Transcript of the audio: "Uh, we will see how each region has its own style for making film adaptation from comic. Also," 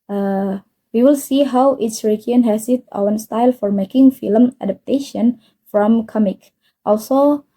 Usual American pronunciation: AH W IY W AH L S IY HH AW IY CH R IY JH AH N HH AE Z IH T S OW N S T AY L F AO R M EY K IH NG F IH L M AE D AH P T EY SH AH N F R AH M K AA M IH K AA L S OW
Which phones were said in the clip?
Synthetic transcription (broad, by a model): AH W IY W AH L S IY HH AW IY S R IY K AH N HH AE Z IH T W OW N S T AY L F AO R M EY K IH NG F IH L M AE D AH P T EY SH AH N F R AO M K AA M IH K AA L S OW